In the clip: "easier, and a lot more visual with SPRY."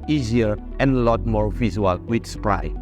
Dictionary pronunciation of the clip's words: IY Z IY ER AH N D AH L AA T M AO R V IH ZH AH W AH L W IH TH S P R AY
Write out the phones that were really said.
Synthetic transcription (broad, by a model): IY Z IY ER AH N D AH L AA T M AO R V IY Z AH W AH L W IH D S P R AY